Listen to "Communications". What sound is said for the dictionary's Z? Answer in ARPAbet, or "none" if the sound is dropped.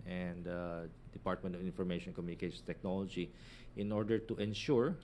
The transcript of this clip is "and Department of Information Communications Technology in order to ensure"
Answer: none